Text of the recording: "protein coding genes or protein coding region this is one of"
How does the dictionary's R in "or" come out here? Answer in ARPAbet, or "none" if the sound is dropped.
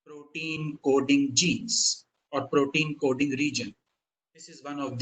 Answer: R